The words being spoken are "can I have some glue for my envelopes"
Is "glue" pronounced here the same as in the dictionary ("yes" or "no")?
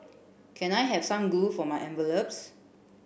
no